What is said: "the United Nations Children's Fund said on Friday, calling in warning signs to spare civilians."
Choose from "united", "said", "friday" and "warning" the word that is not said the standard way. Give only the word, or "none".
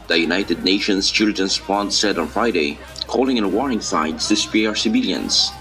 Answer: warning